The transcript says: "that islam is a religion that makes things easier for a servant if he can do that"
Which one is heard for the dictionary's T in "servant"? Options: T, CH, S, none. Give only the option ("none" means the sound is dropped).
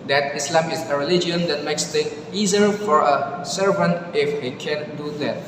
T